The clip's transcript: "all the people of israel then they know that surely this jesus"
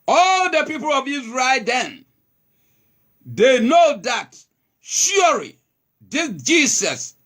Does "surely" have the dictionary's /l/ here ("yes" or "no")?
no